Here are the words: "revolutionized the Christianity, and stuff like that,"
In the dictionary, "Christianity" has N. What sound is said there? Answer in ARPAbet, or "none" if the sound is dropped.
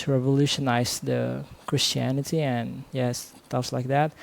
N